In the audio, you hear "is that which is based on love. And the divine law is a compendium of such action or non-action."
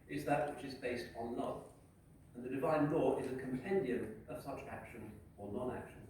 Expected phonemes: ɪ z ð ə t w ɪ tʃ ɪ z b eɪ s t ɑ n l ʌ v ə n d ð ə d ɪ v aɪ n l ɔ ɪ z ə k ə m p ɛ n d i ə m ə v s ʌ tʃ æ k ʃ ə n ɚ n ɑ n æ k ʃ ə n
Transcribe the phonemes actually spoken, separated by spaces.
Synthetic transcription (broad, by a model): ɪ z ð ə t w ɪ tʃ ɪ z b eɪ s t n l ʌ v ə n ð ə d ɪ v aɪ n l ɔ ɪ z ə k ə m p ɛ n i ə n ə v s ʌ tʃ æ k ʃ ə n ɚ n ɑ n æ k ʃ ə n